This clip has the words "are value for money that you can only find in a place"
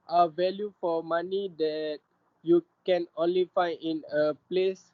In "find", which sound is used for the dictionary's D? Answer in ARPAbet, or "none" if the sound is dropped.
none